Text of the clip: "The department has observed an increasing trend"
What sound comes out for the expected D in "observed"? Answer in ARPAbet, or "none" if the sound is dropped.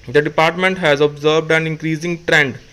D